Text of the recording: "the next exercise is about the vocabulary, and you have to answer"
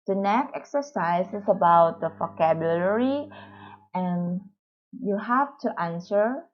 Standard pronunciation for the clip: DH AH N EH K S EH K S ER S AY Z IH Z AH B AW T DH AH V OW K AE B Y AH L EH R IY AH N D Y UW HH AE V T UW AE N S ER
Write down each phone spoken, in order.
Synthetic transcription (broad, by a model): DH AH N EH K EH K S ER S AY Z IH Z AH B AW T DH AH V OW K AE B Y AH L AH R IY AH N Y UW HH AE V T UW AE N S ER